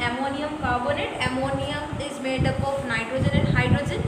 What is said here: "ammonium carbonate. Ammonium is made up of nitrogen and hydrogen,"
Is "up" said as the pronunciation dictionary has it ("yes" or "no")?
yes